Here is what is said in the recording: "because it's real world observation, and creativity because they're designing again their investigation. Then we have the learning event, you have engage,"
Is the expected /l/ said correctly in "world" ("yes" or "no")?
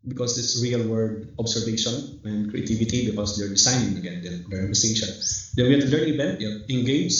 no